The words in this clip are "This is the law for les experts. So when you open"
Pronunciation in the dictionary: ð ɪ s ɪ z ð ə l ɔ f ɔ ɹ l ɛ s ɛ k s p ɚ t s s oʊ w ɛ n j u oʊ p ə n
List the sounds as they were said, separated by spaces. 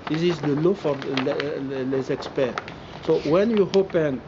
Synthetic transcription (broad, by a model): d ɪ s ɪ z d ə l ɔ f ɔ l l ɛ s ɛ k s p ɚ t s s oʊ w ɛ n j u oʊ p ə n